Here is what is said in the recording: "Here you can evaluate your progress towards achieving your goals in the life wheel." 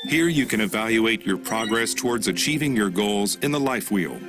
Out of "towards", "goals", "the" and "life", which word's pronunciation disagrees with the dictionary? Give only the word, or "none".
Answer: none